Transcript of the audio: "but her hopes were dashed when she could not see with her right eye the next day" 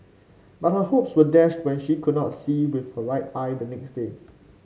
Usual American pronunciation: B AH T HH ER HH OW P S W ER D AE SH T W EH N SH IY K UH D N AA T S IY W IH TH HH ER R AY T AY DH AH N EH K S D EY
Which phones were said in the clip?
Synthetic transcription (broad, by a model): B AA T HH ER HH OW P S W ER D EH SH T W EH N SH IY K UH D N AA T S IY W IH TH HH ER R AY T AY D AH N EH K S D EY